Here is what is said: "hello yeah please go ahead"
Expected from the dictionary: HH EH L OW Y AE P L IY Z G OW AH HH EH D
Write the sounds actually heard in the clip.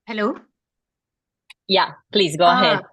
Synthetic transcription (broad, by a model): HH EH L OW Y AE P L IY Z G OW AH HH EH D